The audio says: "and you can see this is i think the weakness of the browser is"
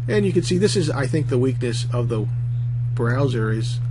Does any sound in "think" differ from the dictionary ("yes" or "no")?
no